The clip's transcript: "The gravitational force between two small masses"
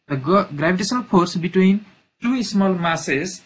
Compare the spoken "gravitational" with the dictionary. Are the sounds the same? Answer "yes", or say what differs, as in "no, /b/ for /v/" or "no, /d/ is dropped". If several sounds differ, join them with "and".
no, /b/ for /v/ and /s/ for /ʃ/